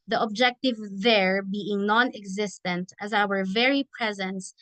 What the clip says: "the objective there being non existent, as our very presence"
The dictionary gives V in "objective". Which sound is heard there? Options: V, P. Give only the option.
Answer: V